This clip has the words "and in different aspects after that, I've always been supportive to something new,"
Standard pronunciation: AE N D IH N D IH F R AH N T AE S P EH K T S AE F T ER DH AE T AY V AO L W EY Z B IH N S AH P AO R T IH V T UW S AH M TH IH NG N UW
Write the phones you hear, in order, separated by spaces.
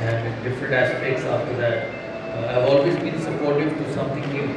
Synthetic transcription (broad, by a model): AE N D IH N D IH F R AH N T AE S P EH K T S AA F T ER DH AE T AY V AO L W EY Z B IH N S AH P AO R T IH V T UW S AH M T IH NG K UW